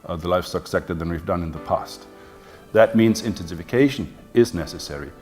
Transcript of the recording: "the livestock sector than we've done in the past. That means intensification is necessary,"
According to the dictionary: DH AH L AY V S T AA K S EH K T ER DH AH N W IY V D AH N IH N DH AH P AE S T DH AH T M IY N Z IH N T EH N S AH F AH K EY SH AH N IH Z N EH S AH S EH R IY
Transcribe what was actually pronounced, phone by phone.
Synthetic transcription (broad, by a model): DH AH L AY F S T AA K S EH K T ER DH AH N W IY V D AH N IH N DH AH P AE S T DH AH T M IY N Z IH N T EH N S AH F AH K EY SH AH N IH Z N EH S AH S EH R IY